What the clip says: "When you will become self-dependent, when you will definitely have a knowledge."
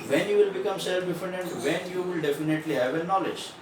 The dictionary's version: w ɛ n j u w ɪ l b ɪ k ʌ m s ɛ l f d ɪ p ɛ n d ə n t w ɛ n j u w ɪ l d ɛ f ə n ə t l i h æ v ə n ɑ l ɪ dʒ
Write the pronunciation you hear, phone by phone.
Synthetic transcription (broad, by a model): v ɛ n j u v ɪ l b ɪ k ʌ m s ɛ l f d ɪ f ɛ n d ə n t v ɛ n j u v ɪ l d ɛ f ə n ə t l i h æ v ə n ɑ l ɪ dʒ